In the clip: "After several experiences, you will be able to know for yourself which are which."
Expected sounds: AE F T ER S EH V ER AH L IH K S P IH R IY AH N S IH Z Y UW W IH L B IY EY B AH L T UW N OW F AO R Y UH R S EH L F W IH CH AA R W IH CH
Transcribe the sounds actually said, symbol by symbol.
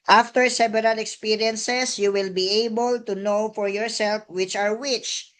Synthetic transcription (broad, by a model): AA F T ER S EH B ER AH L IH K S P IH R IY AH N S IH S Y UW W IH L B IY EY B AH L T UW N OW F AO R Y UH R S EH L F W IH CH AA R W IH CH